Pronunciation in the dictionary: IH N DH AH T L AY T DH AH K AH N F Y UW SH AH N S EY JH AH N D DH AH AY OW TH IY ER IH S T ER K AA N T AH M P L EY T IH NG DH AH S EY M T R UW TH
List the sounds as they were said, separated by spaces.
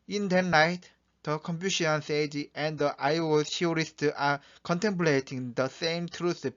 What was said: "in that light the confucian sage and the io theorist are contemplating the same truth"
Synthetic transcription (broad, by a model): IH N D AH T N AY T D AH K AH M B Y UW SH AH N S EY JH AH N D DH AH AY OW T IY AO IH S T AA K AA N T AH M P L EY T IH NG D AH S EY M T R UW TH